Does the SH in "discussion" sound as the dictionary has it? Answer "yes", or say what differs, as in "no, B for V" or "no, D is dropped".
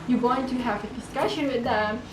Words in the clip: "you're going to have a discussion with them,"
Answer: yes